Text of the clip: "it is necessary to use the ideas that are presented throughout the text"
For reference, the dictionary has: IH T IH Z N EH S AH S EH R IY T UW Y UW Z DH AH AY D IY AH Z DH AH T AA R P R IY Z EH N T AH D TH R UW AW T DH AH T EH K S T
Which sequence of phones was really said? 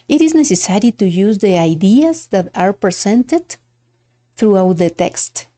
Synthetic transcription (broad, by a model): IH T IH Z N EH S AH S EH R IY T UW Y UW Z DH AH AY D IY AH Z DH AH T AA R P R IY S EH N T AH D TH R UW AW T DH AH T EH K S T